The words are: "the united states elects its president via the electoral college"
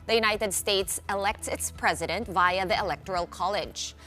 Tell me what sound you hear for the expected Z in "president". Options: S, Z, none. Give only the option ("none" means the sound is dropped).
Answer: Z